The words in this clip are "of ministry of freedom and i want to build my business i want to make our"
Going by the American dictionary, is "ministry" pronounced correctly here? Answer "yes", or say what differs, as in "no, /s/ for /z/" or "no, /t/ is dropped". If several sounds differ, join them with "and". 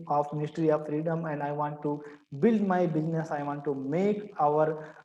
yes